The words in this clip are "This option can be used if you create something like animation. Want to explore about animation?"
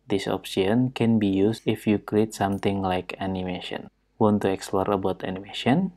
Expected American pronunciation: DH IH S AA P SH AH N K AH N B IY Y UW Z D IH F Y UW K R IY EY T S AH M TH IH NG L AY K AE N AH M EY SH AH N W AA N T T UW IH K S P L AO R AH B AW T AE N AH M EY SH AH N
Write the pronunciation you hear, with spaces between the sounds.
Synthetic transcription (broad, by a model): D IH S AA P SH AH N K AH N B IY Y UW S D IH F Y UW K R IY EY T S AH M T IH NG L AY K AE N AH M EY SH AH N W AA N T T UW IH K S P L AO R AH B AW T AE N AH M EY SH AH N